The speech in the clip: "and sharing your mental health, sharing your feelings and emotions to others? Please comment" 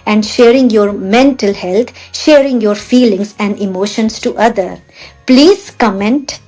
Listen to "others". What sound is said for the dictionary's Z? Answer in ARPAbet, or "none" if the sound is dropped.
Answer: none